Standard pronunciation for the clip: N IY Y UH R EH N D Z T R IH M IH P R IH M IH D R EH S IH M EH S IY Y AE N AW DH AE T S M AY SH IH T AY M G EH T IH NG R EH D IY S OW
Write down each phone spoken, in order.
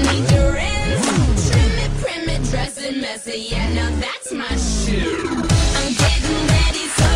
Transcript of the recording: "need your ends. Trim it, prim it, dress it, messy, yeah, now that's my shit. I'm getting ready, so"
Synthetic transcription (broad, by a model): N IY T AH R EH D T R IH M IH P R IH M IH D R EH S IH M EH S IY Y AE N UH DH AE T S M AY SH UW AY M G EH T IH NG R EH D IY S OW